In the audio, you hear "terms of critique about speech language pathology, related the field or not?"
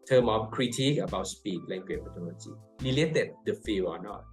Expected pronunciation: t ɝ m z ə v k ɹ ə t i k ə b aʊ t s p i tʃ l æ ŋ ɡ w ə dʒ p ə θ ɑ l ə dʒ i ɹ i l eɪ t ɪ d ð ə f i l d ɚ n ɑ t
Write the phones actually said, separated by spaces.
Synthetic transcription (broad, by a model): t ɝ m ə f k ɹ ə t i k ə b aʊ t s p i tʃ l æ ŋ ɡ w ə tʃ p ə t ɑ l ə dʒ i l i l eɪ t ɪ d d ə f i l ɔ n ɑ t